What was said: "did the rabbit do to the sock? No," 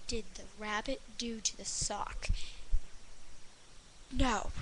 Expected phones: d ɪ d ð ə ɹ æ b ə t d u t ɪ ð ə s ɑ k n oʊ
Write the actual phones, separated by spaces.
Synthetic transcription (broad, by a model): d ɪ d ð ə ɹ æ b ə t d u t ɪ ð ə s ɑ k n oʊ